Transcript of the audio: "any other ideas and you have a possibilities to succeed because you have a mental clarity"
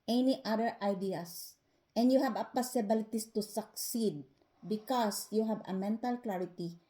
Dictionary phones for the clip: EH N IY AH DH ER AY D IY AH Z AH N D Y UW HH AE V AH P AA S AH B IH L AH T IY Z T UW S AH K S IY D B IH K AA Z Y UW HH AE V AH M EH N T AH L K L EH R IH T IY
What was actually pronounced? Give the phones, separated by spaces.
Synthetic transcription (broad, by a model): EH N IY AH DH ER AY D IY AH S AH N D Y UW HH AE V AH P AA S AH B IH L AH T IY S T UW S AH K S IY D B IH K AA S Y UW HH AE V AH M EH N T AH L K L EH R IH T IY